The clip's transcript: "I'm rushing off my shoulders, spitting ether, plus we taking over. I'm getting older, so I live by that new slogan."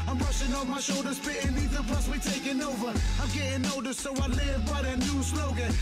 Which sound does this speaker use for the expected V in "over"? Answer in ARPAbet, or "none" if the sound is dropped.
V